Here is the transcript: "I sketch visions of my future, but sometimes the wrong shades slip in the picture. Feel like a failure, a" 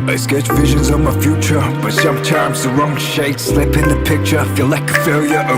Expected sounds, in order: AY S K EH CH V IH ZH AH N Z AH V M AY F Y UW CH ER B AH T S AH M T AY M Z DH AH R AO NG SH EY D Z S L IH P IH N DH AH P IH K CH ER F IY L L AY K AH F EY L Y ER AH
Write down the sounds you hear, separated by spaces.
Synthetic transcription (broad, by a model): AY S K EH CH V IH ZH AH N Z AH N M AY F Y UW CH ER B AH T S AH M T AY M Z DH AH R AO NG SH EY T S L IH P IH N DH AH P IH K CH ER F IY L L AY K AH F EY L Y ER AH